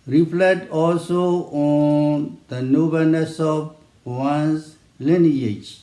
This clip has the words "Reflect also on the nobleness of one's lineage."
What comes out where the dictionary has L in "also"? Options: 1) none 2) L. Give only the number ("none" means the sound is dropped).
2